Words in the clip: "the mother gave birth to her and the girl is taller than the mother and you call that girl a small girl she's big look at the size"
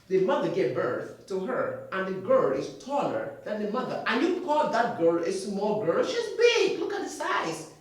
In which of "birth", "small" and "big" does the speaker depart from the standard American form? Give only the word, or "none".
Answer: none